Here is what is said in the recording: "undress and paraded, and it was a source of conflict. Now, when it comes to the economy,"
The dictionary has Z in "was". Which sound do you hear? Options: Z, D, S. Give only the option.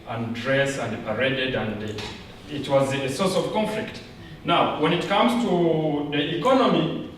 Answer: Z